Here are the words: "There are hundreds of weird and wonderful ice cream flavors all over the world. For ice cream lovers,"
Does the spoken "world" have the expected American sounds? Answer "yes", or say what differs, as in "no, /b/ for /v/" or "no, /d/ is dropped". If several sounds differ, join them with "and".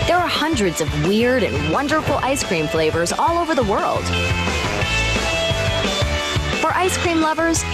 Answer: yes